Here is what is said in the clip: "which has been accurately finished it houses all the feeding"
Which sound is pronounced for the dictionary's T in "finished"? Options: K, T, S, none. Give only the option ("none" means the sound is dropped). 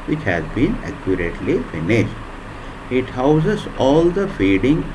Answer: T